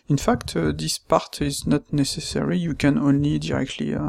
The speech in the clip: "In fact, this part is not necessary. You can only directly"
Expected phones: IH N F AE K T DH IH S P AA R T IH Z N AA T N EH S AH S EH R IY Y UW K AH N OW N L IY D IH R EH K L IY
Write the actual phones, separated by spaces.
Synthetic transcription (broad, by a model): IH N F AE K T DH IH S P AA R T IH Z N AA T N EH S AH S EH R IY Y UW K AH N OW N L IY D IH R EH K L IY